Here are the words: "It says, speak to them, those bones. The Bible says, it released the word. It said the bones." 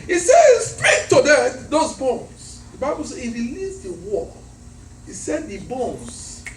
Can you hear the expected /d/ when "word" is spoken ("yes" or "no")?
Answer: no